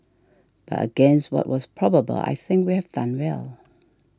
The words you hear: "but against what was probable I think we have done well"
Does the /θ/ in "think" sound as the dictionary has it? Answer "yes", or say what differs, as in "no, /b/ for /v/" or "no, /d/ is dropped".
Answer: yes